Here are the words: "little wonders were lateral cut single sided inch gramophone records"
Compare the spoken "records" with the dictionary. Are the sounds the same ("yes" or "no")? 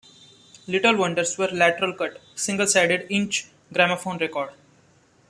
no